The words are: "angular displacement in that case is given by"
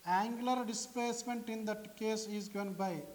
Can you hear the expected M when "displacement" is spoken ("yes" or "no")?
yes